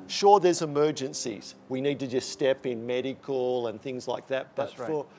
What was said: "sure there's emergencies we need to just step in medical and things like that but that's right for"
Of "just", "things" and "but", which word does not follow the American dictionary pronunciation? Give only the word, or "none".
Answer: none